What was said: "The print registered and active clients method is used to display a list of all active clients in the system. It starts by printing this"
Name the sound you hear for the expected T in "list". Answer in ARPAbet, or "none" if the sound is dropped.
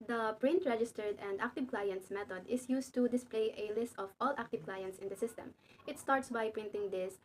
T